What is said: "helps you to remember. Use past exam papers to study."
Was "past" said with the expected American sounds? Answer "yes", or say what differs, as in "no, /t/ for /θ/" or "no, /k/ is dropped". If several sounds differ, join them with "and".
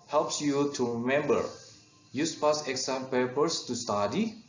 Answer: no, /t/ is dropped